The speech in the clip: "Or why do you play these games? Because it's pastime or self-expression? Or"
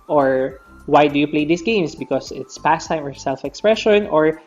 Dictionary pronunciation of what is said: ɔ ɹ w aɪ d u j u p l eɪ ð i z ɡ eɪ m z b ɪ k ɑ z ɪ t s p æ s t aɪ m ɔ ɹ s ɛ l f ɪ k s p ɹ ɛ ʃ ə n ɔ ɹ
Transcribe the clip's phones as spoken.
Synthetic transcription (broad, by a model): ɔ ɹ w aɪ d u j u p l eɪ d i s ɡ eɪ m s b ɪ k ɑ s ɪ t s p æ s t aɪ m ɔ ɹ s ɛ l f ɪ k s p ɹ ɛ ʃ ə n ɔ ɹ